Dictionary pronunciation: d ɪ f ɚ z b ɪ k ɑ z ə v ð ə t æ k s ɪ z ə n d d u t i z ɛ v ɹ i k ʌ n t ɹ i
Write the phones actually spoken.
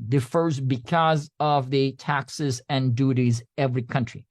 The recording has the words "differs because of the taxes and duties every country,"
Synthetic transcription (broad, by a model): d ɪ f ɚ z b ɪ k ɑ z ə v ð ə t æ k s ɪ z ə n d d u t i z ɛ v ɹ i k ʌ n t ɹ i